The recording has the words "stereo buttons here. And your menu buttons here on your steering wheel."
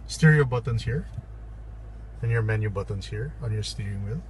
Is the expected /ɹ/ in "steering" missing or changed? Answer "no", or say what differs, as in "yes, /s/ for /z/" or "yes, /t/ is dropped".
yes, /ɹ/ is dropped